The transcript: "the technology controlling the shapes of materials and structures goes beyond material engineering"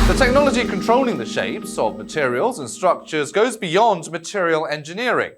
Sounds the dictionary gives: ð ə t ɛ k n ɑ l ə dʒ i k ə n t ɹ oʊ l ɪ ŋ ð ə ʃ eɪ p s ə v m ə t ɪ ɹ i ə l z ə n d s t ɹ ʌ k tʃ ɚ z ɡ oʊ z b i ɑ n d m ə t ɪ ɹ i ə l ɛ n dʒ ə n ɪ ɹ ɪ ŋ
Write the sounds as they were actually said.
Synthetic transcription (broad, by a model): ð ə t ɛ k n ɑ l ə dʒ i k ə n t ɹ oʊ l ɪ ŋ ð ə ʃ eɪ p s ə v m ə t ɪ ɹ i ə l z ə n s t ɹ ʌ k tʃ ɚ z ɡ oʊ z b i ɑ n d m ə t ɪ ɹ i ə l ɛ n dʒ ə n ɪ ɹ ɪ ŋ